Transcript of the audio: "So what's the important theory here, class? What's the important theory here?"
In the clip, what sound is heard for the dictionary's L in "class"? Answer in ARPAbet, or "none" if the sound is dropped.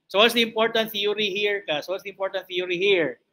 none